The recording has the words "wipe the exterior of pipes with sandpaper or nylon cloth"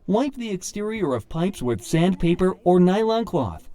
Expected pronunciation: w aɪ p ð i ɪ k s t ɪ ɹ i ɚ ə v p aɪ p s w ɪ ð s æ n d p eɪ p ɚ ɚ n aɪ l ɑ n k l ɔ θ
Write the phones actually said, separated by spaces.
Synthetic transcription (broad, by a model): w aɪ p ð i ɪ k s t ɪ ɹ i ɚ ə v p aɪ p s w ɪ ð s æ n d p eɪ p ɚ ɚ n aɪ l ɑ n k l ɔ θ